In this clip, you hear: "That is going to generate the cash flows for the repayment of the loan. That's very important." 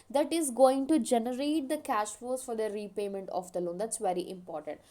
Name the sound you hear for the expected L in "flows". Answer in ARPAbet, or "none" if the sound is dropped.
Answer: none